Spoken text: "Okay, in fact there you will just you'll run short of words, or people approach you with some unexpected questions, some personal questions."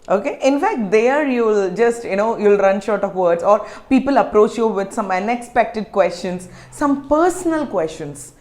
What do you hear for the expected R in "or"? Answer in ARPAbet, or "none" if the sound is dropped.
R